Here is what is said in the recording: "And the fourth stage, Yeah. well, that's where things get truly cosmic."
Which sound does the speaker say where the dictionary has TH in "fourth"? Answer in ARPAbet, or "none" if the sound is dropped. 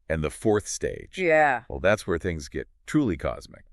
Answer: TH